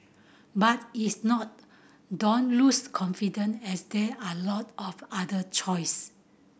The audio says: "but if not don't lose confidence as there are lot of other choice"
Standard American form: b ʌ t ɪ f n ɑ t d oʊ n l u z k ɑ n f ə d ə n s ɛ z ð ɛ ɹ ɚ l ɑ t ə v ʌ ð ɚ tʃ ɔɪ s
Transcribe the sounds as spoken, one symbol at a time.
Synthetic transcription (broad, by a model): b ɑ t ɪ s n ɑ t d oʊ n l u s k ɑ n f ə d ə n ɛ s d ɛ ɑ l ɑ t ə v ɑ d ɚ tʃ ɔɪ s